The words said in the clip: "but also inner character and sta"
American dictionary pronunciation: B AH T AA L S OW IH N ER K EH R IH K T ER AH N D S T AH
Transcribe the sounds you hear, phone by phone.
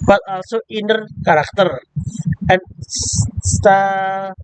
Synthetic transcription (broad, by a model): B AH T AA L S OW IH N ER K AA R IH K T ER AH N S S T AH